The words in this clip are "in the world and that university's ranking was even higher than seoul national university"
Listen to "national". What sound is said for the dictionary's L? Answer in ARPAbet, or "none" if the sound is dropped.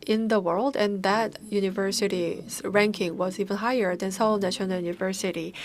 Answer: N